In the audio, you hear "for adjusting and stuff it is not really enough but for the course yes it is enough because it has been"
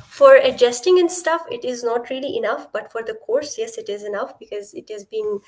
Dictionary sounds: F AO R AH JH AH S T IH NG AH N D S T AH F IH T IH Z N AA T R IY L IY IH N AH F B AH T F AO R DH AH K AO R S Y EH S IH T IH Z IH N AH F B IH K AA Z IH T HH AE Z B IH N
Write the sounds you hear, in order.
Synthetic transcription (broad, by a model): F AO R AH JH AH S T IH NG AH N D S T AH F IH T IH Z N AA T R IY L IY IH N AH F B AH T F AO R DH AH K AO R S Y EH S IH T IH Z IH N AH F B IH K AA Z IH T HH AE Z B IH N